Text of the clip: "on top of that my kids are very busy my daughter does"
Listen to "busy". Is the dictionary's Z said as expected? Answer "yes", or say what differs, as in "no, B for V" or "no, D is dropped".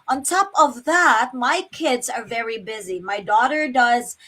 yes